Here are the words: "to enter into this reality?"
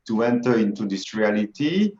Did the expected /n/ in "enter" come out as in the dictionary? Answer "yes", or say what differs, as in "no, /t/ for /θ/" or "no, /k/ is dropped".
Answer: yes